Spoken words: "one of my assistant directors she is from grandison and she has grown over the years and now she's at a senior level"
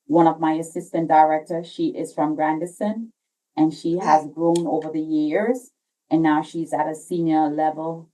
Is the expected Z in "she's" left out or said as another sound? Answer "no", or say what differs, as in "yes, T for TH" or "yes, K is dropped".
no